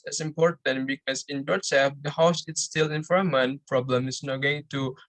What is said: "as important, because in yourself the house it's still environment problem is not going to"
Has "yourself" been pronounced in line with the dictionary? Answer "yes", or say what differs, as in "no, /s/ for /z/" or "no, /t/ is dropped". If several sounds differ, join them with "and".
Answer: no, /l/ is dropped